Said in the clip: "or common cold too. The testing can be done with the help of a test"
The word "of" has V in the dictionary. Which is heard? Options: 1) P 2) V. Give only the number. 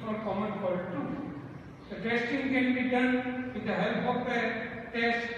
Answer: 1